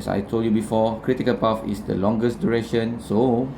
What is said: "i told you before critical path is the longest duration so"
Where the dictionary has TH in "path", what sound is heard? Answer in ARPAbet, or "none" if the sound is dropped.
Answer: F